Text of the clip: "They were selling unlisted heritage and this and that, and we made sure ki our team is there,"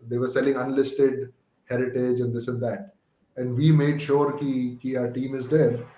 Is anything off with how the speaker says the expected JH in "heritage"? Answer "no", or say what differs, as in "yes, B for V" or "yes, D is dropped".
no